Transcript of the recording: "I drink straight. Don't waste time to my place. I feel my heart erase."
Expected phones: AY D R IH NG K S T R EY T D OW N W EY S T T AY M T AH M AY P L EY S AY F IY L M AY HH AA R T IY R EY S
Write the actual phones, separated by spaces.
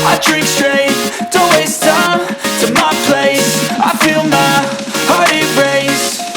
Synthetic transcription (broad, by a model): AY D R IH K S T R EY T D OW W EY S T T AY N T AH M AY P L EY S AY F IY L M AY HH AA R T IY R EY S